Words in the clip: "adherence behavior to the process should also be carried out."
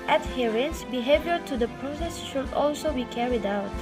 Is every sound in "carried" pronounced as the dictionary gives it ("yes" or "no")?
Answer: yes